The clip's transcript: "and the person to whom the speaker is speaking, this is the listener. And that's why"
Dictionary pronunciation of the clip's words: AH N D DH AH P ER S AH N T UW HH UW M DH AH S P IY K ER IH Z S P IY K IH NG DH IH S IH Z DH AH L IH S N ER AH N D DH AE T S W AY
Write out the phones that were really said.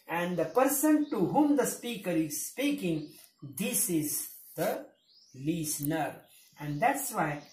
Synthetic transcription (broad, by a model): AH N D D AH P ER S AH N T UW HH UW M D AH S P IY K ER IH Z S P IY K IH NG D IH S IH Z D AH L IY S N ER AH N D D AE T S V AY